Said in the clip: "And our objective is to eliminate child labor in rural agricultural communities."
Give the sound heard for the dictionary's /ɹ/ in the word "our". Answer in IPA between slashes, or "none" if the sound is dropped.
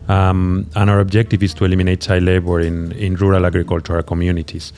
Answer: /ɹ/